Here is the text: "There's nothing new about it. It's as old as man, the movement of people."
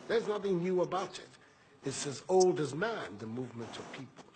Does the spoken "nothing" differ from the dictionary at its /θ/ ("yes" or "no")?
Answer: no